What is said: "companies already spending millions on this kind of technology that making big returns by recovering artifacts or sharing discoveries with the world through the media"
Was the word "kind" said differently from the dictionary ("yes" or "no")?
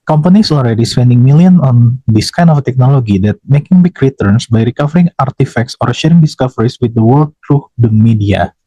yes